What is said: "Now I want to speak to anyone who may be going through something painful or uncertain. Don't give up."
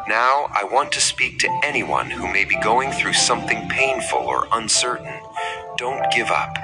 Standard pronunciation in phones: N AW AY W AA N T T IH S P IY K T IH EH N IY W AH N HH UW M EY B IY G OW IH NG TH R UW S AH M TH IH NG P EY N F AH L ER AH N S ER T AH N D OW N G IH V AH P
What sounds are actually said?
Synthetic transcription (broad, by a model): N AW AY W AA N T T IH S P IY K T IH EH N IY W AH N HH UW M EY B IY G OW IH NG TH R UW S AH M TH IH NG P EY N F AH L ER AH N S ER T N D OW N G IH V AH P